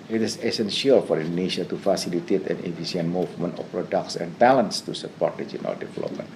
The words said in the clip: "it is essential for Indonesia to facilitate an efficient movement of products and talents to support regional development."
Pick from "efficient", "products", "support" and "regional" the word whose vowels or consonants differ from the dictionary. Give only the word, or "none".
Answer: efficient